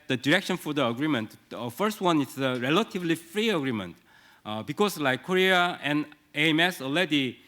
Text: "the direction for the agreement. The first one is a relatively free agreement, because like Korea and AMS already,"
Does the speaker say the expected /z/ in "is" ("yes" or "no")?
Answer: no